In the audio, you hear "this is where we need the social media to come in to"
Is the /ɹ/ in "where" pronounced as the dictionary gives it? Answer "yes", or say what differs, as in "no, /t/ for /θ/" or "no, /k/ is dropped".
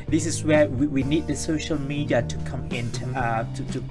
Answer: no, /w/ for /ɹ/